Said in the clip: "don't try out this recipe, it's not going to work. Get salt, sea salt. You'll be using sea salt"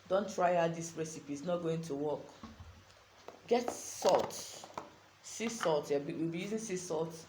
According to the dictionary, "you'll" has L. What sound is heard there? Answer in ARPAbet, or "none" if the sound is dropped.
W